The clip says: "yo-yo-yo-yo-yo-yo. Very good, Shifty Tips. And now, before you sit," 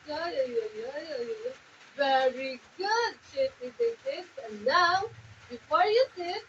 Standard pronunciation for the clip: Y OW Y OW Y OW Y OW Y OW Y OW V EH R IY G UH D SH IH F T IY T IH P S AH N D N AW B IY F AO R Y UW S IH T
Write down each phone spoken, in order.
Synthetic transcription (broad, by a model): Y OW Y OW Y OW Y OW Y OW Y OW V EH R IY G UH D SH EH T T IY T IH S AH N N AW B IY F AO R Y UW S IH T